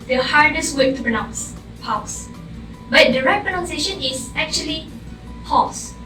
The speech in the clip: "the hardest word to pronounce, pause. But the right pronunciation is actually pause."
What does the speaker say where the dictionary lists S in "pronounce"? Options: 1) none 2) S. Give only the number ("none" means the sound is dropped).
2